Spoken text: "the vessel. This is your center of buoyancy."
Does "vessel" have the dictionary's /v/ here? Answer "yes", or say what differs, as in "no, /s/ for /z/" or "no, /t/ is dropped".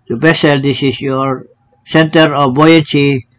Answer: no, /b/ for /v/